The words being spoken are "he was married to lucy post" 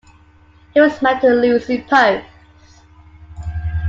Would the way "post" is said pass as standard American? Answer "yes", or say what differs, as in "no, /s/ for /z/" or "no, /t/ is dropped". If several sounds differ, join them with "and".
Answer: no, /t/ is dropped